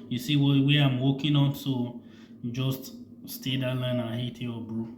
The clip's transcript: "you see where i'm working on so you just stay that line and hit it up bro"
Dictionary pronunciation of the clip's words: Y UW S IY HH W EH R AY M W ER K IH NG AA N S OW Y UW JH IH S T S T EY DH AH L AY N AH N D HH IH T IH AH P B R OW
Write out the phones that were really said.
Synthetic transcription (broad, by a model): Y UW S IY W W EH AY M W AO K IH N AA N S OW JH IH S T S T EY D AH L AY N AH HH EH T IH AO B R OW